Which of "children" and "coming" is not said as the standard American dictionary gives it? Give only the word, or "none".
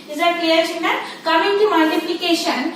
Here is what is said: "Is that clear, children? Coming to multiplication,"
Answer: children